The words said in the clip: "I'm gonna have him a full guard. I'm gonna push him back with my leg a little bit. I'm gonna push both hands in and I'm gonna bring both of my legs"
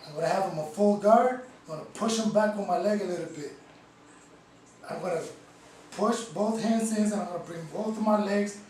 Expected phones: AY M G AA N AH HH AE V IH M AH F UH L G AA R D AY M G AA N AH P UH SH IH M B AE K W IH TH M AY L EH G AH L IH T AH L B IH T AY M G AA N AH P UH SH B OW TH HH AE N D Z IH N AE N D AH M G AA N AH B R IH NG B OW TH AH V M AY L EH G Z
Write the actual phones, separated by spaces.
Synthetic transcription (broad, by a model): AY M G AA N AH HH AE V IH M AH F UH L G AA R D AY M G AA N AH P UH SH IH M B AE K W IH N M AY L EH G AH L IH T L B IH T AY M G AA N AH P UH SH B OW TH HH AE N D S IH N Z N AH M G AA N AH B R IH NG B OW TH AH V M AY L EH G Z